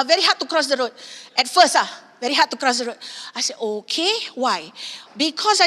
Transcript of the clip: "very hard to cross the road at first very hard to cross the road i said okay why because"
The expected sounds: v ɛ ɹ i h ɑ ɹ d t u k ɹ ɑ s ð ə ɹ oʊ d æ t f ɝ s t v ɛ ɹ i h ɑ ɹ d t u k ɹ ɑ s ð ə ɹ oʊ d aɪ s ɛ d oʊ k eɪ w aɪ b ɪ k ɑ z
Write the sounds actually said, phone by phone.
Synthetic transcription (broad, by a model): v ɛ ɹ i h ɑ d t u k ɹ ɑ s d ə ɹ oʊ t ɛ t f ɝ s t v ɛ ɹ i h ɑ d t u k ɹ ɑ s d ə ɹ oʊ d aɪ s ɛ oʊ k eɪ w aɪ b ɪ k ɑ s